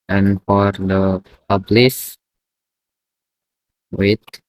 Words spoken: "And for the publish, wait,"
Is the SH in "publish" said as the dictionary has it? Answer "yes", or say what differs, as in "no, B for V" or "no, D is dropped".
no, S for SH